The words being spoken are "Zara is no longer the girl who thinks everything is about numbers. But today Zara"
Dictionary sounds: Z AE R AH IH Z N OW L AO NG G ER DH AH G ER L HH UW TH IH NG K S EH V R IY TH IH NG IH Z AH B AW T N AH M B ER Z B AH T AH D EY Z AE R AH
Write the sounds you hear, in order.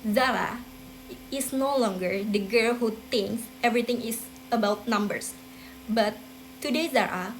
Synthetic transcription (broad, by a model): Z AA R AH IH S N OW L AO NG G ER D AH G ER L HH UW T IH NG K S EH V R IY T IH NG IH S AH B AW T N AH M B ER S B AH T AH D EY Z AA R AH